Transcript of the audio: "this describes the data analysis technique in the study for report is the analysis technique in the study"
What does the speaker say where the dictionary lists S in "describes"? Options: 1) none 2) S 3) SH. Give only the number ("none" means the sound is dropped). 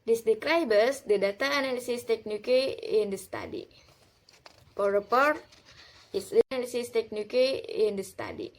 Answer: 1